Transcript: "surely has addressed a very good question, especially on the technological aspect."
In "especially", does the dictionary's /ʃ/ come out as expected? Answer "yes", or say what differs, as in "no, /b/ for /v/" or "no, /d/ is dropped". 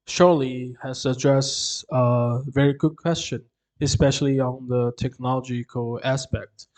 yes